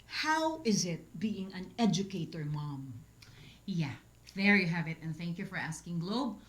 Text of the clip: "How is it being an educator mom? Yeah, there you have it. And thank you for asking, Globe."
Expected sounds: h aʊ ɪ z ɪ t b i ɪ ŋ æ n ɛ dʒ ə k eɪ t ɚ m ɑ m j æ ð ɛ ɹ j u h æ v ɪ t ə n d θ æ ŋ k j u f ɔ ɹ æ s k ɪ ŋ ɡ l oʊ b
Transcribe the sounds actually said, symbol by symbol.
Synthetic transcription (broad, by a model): h aʊ ɪ z ɪ t b i ɪ ŋ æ n ɛ dʒ ə k eɪ t ɚ m ɑ m j æ ð ɛ ɹ j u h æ v ɪ t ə n θ æ ŋ k j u f ɔ ɹ æ s k ɪ ŋ ɡ l oʊ b